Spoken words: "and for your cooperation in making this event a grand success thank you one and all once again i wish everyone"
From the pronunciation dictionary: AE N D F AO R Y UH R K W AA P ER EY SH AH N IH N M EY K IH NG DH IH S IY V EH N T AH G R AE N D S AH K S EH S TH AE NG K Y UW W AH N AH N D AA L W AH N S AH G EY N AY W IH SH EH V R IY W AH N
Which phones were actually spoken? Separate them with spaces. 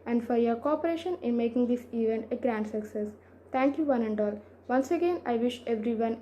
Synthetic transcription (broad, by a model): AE N D F AO R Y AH R K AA P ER EY SH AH N IH N M EY K IH NG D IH S IY V EH N T AH G R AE N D S AH K S EH S T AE NG K Y UW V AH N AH N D AA L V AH N S AH G EY N AY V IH SH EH V R IY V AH N